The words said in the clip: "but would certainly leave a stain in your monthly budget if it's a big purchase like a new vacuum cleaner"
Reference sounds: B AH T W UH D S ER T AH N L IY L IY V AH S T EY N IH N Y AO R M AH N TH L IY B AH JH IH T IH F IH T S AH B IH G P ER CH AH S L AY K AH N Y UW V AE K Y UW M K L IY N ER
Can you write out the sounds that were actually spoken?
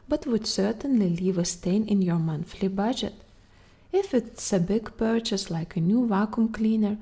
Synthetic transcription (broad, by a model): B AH T W UH D S ER T AH N L IY L IY V AH S T EY N IH N Y AO R M AH N TH L IY B AH JH IH T IH F IH T S AH B IH G P ER CH AH S L AY K AH N Y UW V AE K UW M K L IY N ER